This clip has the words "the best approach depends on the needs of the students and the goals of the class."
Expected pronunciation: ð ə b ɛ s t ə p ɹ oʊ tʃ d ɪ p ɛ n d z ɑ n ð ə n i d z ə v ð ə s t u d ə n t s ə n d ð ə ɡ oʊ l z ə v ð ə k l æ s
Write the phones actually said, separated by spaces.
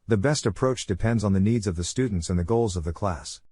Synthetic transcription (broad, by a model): ð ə b ɛ s t ə p ɹ oʊ tʃ d ɪ p ɛ n d z n ð ə n i d z ə v ð ə s t u d n t s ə n ð ə ɡ oʊ l z ə v ð ə k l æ s